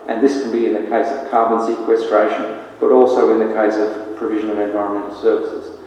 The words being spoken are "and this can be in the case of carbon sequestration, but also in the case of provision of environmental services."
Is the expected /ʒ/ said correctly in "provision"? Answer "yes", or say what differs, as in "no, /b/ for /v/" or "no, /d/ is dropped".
yes